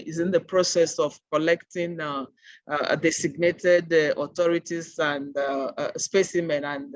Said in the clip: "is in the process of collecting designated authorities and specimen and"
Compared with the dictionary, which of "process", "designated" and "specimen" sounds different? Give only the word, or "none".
designated